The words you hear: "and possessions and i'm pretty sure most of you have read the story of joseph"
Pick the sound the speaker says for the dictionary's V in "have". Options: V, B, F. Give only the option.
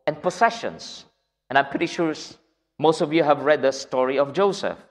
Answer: V